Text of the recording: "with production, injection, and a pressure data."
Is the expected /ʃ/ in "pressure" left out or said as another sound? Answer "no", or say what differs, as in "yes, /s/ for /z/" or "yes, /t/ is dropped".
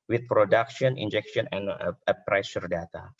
yes, /s/ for /ʃ/